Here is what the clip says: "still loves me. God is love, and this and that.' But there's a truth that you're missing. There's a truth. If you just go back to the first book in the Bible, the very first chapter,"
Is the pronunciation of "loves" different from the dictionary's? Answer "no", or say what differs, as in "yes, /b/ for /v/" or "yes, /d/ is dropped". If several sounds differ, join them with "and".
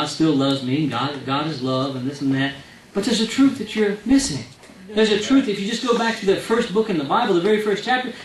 no